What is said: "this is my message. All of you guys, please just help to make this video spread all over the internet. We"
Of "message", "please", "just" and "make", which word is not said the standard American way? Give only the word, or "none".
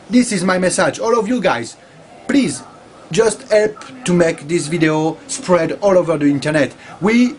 none